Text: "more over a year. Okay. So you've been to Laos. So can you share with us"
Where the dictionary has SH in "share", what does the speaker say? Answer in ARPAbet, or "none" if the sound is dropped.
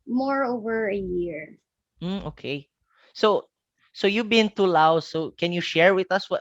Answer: SH